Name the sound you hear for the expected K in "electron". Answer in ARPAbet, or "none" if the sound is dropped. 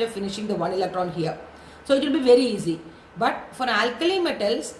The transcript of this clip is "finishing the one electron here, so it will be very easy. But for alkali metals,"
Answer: K